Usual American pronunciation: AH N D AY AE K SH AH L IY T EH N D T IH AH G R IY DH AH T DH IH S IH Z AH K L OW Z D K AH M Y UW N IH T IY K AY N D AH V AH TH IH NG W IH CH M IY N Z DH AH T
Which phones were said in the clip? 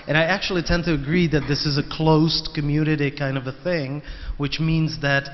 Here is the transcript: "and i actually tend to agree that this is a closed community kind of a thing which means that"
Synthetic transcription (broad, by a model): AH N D AY AE K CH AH L IY T EH N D T IH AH G R IY DH AH T DH IH S IH Z AH K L OW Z K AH M Y UW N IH T IY K AY N D AH V AH TH IH NG W IH CH M IY N Z DH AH T